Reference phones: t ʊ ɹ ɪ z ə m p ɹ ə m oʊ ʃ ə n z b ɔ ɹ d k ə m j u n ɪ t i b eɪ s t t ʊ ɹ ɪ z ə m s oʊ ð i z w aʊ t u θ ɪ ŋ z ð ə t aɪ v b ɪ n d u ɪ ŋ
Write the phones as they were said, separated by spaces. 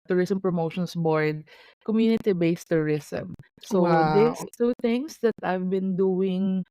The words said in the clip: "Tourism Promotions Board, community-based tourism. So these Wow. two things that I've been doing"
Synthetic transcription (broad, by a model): t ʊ ɹ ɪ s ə m p ɹ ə m oʊ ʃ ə n s b ɔ ɹ d k ə m j u n ɪ t i b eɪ s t t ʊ ɹ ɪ s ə m s oʊ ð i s t u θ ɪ ŋ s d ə t aɪ v b ɪ n d u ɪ ŋ